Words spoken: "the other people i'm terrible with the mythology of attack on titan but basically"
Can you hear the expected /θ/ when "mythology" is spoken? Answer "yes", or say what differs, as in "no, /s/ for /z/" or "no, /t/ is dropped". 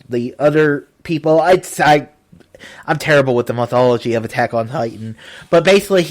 yes